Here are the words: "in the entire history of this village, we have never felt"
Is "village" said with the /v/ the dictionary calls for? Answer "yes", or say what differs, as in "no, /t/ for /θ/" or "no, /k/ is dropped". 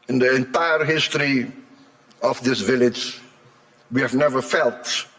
yes